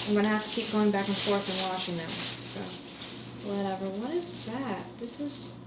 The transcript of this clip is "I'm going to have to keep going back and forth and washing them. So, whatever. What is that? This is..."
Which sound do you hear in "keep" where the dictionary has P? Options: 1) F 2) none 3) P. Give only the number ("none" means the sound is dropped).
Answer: 3